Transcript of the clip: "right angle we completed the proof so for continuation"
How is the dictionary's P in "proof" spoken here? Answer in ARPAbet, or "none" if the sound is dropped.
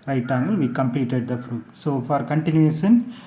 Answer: F